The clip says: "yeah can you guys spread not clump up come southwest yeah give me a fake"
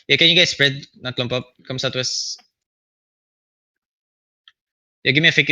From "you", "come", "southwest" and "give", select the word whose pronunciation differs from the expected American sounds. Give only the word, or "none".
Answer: southwest